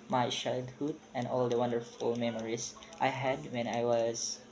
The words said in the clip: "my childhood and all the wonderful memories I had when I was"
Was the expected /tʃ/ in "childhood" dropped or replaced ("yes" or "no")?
yes